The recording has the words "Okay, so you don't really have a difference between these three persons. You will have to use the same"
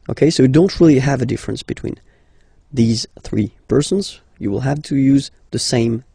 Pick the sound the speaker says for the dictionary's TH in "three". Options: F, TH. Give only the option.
TH